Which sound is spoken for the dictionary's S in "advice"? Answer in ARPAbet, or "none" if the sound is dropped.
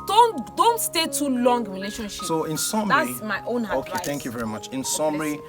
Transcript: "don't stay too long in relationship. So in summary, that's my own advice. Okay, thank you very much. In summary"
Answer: none